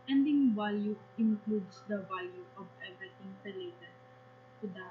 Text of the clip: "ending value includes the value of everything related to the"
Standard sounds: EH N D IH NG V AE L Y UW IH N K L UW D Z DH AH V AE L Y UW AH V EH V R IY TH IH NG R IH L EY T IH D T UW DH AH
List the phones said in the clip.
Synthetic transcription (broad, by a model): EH N D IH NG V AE L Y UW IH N K L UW D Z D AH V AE L Y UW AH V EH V IY T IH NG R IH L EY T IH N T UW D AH